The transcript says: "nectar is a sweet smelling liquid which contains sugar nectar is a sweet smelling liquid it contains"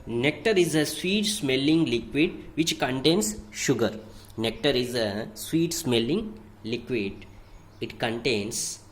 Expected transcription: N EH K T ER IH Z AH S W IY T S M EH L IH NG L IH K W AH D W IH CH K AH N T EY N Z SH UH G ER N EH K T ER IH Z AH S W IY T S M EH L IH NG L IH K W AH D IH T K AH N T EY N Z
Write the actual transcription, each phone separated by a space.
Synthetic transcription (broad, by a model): N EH K T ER IH Z AH S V IY T S M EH L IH NG L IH K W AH D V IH CH K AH N T EY N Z SH UH G ER N EH K T ER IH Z AH S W IY T S M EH L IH NG L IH K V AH D IH T K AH N T EY N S